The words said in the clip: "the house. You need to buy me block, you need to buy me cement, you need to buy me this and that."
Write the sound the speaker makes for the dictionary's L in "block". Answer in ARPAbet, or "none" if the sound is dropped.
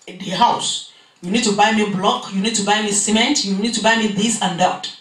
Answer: L